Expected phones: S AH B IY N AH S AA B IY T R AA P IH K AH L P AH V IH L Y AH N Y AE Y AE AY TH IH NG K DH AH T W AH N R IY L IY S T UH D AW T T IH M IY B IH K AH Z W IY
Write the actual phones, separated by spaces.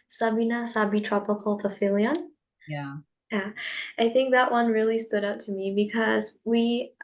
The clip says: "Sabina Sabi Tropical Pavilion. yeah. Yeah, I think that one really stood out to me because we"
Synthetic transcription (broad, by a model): S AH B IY N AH S AA B IY T R AA P IH K AH L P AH F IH L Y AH N Y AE Y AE AY TH IH NG K DH AH T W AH N R IY L IY S T UH D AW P T IH M IY B IH K AH Z W IY